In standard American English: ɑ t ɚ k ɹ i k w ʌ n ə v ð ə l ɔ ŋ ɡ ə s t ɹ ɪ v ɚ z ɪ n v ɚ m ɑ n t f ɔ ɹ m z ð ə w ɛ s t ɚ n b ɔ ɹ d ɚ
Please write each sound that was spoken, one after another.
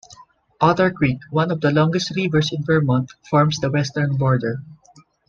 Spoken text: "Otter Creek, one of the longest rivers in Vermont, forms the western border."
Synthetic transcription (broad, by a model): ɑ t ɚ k ɹ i k w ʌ n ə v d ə l ɔ ŋ ɡ ə s t ɹ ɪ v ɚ s ɪ n b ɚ m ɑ n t f ɔ ɹ m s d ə w ɛ s t ɚ n b ɔ ɹ d ɚ